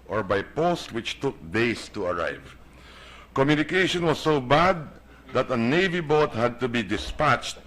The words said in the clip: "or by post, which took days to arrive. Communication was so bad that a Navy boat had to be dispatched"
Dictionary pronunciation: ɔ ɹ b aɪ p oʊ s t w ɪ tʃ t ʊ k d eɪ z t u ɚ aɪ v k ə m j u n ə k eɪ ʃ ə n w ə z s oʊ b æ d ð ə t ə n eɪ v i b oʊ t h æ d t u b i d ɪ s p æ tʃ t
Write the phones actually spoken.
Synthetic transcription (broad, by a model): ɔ ɹ b aɪ p oʊ s t w ɪ tʃ t ʊ k d eɪ s t u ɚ aɪ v k ə m j u n ə k eɪ ʃ ə n w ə s oʊ b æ d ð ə t ə n eɪ v i b oʊ t h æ d t u b i d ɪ s p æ tʃ t